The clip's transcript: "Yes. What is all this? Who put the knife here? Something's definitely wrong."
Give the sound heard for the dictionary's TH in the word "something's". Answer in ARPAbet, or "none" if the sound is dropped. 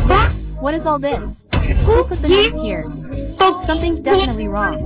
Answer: TH